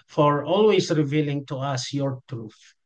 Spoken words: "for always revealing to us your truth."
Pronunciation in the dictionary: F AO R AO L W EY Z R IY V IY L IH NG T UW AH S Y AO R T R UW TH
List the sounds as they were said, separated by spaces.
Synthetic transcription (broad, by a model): F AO R AO L W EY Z R IY V IY L IH NG T UW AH S Y AO R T R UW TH